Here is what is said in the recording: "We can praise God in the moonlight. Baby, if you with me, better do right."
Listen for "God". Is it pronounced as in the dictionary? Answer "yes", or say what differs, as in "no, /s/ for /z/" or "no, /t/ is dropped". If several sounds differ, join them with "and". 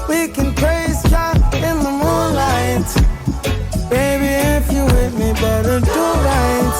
no, /d/ is dropped